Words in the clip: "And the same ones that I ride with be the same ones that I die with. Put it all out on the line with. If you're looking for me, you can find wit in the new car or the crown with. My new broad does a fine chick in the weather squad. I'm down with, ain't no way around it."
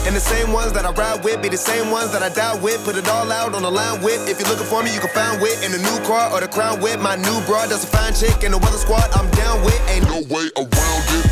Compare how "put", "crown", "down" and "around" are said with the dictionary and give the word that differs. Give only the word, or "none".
around